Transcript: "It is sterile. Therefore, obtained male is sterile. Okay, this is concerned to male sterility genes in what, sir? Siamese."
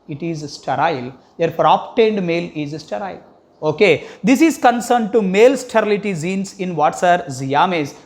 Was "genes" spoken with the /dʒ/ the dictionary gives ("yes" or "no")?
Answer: no